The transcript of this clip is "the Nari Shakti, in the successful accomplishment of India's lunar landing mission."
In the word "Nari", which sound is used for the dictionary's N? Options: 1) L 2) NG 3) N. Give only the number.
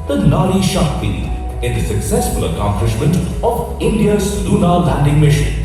1